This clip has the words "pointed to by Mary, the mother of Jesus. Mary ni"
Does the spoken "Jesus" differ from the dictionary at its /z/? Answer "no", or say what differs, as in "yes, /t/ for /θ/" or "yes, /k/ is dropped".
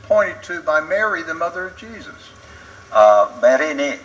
no